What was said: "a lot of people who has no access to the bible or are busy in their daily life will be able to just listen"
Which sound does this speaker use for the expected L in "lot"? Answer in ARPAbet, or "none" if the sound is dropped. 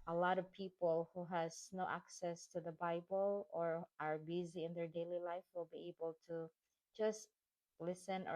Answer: L